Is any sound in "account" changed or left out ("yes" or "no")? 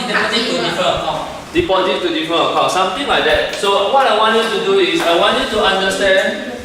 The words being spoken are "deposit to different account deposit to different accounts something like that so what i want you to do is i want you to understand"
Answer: yes